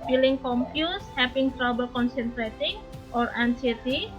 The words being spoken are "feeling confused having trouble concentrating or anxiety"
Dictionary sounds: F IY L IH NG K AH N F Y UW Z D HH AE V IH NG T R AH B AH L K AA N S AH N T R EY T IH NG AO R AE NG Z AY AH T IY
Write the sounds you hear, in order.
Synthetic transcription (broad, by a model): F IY L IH NG K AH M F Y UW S HH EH P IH NG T R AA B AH L K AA N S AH N T R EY T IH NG AO R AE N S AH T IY